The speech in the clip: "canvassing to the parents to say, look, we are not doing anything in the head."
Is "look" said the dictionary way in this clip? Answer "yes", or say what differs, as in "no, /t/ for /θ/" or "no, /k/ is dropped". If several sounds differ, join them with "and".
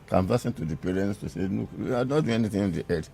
no, /n/ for /l/